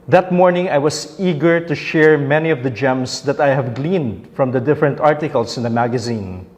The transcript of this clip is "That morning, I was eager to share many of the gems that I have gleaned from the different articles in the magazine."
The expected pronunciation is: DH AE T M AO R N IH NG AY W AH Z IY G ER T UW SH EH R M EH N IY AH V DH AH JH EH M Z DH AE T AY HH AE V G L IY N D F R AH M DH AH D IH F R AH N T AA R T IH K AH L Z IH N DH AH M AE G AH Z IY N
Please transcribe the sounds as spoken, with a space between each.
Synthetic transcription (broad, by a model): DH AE T M AO R N IH NG AY W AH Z IY G ER T UW SH EH R M EH N IY AH V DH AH JH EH M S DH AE T AY HH AE V G L IY N D F R AH M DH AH D IH F R AH N T AA R T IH K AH L S IH N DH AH M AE G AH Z IY N